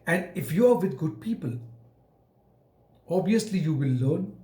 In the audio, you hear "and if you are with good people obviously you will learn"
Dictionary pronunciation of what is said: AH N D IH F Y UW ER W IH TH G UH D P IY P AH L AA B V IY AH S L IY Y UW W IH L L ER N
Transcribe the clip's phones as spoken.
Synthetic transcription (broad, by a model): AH N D IH F Y UW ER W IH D G UH D P IY P AH L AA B IY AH S L IY Y UW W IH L L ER N